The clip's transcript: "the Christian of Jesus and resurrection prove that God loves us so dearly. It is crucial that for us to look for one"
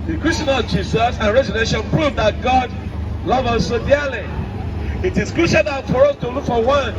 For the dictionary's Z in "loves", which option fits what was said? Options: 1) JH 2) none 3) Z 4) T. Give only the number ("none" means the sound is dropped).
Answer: 2